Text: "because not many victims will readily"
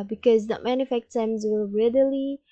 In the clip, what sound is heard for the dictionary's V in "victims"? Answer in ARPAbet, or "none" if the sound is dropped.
F